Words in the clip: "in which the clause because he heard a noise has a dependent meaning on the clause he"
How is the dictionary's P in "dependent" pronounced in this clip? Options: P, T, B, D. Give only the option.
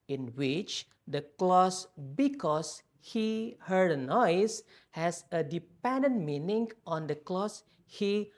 P